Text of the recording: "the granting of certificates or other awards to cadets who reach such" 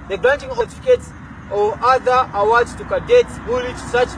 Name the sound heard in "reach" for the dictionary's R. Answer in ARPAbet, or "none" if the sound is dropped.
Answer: L